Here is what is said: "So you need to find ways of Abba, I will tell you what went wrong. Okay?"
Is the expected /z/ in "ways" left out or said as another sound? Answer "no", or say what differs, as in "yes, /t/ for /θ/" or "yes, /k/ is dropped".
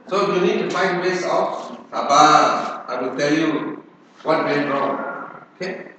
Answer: yes, /s/ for /z/